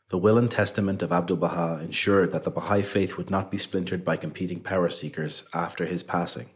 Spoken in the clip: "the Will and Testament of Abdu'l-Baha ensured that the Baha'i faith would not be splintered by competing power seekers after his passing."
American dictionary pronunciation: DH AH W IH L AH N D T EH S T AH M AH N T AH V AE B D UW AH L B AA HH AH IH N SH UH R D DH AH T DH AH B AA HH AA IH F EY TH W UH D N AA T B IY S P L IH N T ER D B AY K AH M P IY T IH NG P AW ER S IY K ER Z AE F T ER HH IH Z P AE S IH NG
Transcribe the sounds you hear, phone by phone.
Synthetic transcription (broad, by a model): DH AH W IH L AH N T EH S T AH M AH N T AH V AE B D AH L B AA HH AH IH N SH UH R D DH AH T DH AH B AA HH AA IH F EY TH W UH D N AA T B IY S P L IH N T ER D B AY K AH M P IY T IH NG P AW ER S IY K ER Z AE F T ER IH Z P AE S IH NG